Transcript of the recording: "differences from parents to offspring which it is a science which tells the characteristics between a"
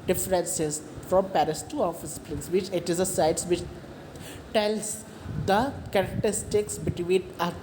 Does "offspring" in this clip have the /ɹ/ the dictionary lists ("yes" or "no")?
no